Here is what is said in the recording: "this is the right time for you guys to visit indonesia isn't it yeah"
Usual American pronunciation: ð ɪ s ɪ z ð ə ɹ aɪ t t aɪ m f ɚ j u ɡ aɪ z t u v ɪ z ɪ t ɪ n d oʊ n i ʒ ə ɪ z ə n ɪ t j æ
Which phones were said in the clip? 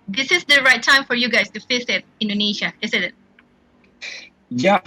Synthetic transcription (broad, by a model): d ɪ s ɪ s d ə ɹ aɪ t t aɪ m f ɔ j u ɡ aɪ s t u f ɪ s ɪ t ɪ n d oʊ n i ʃ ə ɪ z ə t ɪ t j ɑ